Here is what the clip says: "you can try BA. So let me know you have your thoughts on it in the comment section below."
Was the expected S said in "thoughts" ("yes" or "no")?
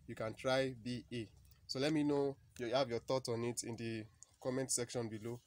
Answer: no